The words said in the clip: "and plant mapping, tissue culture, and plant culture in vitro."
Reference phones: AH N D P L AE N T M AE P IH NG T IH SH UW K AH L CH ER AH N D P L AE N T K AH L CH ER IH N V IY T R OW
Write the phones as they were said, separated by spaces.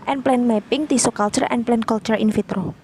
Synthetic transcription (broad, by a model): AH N P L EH N M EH P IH NG T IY S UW K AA L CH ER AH N P L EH N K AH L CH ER IH N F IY T R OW